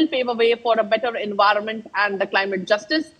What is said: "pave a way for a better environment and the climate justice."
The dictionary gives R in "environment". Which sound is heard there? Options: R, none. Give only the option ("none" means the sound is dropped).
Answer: R